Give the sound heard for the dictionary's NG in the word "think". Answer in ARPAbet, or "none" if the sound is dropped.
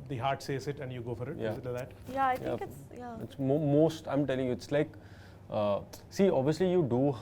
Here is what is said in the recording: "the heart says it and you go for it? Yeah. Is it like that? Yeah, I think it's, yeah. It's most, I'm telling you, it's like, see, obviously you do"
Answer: none